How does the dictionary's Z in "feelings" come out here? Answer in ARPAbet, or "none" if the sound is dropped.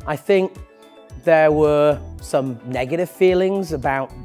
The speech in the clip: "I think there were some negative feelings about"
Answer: Z